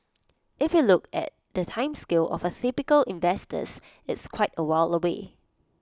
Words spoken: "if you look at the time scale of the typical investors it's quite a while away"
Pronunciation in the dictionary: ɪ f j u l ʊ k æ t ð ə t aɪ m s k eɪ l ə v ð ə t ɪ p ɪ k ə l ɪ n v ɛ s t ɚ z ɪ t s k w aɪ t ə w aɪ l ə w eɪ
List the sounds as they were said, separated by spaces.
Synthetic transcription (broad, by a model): ɪ f j u l ʊ k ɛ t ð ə t aɪ m s k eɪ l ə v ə s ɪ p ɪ k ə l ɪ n v ɛ s t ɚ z ɪ t s k w aɪ t ə w aɪ l ə w eɪ